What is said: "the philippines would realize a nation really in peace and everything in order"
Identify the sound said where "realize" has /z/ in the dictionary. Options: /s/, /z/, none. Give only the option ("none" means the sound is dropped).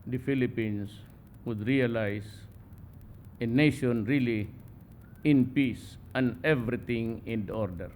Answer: /s/